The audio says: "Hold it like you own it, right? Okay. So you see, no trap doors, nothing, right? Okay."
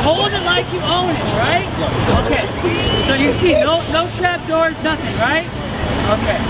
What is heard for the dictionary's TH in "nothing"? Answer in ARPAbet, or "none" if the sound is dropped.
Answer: TH